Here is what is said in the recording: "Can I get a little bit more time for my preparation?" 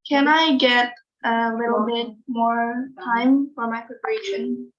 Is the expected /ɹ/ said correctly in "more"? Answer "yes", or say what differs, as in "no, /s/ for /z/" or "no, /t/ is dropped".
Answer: yes